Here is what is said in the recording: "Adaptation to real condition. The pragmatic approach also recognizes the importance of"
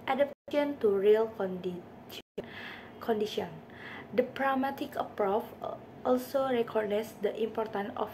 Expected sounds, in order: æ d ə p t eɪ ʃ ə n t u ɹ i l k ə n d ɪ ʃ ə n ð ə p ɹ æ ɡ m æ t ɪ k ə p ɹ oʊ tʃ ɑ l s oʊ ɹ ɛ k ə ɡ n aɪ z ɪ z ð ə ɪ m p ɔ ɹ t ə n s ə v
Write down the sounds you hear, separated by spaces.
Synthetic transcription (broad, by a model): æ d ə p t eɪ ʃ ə n t u ɹ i l k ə n d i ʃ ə n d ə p ɹ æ m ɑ t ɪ k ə p ɹ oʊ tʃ ɑ l s oʊ ɹ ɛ k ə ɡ n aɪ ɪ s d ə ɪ m p ɔ ɹ t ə n ə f